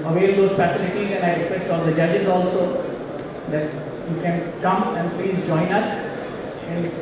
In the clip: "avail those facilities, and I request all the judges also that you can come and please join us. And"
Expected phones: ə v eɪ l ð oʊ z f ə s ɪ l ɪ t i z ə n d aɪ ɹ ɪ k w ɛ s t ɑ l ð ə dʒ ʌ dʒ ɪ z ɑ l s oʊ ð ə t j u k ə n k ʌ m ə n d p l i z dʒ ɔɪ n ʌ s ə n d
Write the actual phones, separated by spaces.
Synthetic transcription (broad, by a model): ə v eɪ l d oʊ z p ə s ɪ n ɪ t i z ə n aɪ ɹ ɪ k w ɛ s t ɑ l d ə dʒ ʌ dʒ ɪ z ɑ l s oʊ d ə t j u k ə n k ʌ m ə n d p l i z dʒ ɔɪ n ʌ s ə n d